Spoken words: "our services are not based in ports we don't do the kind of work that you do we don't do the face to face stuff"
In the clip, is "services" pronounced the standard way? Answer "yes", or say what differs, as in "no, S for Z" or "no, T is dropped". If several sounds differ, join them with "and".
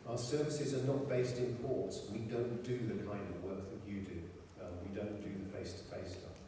yes